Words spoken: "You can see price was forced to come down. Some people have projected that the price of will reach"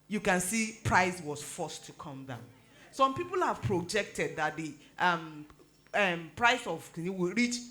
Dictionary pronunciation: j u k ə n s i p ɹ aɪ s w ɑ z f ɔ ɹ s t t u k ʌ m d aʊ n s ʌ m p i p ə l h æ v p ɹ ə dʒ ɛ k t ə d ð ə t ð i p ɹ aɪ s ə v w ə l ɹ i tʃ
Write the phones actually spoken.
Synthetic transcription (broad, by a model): j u k ə n s i p ɹ aɪ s w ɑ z f ɔ s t t u k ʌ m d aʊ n s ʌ m p i p ə l h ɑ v p ɹ ə dʒ ɛ k t ə d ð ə t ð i p ɹ aɪ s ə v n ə w ɹ i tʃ